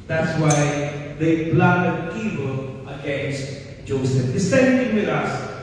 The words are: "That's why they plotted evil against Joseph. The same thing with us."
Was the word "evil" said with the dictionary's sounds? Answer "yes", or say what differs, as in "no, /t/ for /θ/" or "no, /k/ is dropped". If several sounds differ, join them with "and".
no, /p/ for /v/